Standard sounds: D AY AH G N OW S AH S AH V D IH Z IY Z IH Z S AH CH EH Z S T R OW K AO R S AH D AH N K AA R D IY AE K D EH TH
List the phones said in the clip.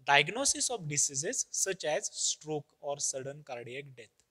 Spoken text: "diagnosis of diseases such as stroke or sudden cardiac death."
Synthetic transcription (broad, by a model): D AY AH G N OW S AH S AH F D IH S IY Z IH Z S AH CH EH Z S T R OW K AO R S AH D AH N K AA R D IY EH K D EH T